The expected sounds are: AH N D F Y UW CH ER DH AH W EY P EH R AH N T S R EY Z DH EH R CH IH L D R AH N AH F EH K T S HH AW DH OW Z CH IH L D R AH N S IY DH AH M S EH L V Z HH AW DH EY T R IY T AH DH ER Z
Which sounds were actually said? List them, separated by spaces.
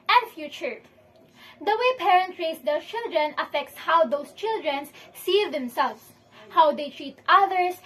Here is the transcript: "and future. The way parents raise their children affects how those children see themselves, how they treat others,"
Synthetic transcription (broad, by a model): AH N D F Y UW CH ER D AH W EY P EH R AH N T R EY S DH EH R CH IH L D R AH N AH F EH K T S HH AW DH OW S CH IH L D R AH N S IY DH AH M S EH L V S HH AW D EY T R IY T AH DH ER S